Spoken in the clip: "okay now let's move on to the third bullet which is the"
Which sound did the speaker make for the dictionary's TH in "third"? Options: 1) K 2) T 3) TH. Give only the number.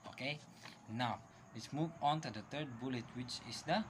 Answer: 2